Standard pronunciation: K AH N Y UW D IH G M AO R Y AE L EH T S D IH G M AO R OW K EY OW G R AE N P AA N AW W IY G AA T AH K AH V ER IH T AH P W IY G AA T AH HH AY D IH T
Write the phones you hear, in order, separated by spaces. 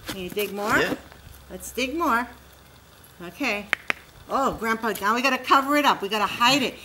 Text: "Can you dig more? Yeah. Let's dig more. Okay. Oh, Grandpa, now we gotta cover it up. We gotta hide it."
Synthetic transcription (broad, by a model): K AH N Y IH D IH G M AO R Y L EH T S D IH G M AO R OW K EY OW G R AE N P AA N AW W IY G AA T AH K AH V ER IH T AH P W IY G AA T AH HH AY D IH T